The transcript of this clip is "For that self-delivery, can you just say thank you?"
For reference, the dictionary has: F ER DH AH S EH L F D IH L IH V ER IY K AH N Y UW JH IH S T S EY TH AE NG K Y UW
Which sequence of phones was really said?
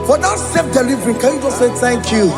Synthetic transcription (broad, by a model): F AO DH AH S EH F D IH L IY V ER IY K AH N Y UW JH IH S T S EY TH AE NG K Y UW